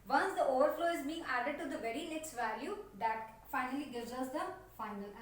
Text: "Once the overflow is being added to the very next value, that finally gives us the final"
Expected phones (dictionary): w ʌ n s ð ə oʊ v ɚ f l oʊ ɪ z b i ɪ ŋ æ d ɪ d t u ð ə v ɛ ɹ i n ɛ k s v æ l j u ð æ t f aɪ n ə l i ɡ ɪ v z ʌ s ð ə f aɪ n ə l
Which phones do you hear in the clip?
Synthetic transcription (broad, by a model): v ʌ n s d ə oʊ v ɚ f l oʊ ɪ z b i ɪ ŋ æ d ɪ d t u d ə v ɛ ɹ i l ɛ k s v æ l j u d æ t f aɪ n ə l i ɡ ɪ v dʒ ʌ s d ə f aɪ n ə l